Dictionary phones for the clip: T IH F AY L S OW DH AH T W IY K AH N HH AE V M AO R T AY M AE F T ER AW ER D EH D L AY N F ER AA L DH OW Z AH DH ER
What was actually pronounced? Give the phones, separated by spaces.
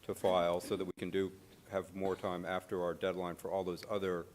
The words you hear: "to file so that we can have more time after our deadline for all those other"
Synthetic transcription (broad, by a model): T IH F AY L S OW DH AH T W IY K AH N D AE V M AO R T AY M AE F T ER AW ER D EH D L AY N F ER AA L DH OW Z AH DH ER